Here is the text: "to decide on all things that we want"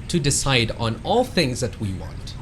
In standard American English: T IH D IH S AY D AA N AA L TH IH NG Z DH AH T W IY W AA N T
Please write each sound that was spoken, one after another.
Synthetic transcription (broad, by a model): T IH D IH S AY D N AA L TH IH NG Z DH AH T W IY W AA N T